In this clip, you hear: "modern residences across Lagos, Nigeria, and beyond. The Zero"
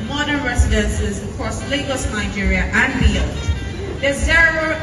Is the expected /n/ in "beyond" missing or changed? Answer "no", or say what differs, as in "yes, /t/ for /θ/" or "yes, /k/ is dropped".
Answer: yes, /l/ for /n/